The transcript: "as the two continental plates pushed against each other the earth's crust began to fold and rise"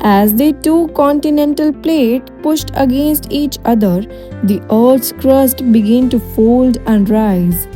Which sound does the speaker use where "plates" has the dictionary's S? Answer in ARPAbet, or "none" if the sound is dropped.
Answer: none